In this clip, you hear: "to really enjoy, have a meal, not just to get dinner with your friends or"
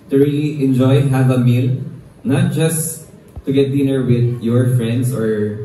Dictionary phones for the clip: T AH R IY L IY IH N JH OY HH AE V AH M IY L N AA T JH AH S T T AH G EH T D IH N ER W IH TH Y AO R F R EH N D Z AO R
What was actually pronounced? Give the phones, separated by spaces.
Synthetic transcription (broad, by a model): T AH R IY L IY IH N JH OY HH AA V AH M IY L N AA T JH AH S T T AH G EH T D IH N ER W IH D Y AO R F R EH N D S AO R